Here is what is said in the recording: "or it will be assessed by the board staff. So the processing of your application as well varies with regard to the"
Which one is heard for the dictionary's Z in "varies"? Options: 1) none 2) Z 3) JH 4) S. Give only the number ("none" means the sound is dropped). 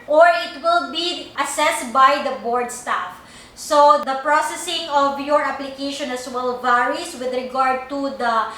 4